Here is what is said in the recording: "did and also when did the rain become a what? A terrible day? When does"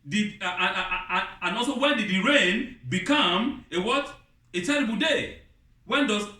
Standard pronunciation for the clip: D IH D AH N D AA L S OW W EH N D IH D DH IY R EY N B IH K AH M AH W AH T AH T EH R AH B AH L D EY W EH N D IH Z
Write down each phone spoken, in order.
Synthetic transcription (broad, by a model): D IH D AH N AA L S OW W EH N D IH D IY R EY N B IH K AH M AH W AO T AH T EH R AH B AH L D EY W EH N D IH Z